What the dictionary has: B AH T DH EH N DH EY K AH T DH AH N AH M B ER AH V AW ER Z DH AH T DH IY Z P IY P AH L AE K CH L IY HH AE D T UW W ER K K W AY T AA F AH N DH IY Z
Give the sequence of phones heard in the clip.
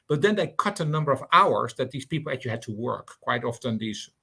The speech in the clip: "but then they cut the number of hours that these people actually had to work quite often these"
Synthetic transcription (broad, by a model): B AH T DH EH N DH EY K AH T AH N AH M B ER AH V AW ER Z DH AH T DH IY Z P IY P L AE CH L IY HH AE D T UW W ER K K W AY T AA F AH N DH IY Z